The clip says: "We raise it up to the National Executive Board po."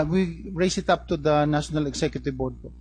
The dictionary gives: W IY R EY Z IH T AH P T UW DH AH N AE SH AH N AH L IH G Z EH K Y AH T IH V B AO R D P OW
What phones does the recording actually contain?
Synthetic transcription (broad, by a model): W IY R EY S IH T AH P T UW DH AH N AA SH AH N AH L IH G S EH K Y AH T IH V B AO R D P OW